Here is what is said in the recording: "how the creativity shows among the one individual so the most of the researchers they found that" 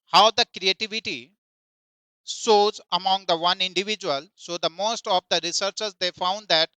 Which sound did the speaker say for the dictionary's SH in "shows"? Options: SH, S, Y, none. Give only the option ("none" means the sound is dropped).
S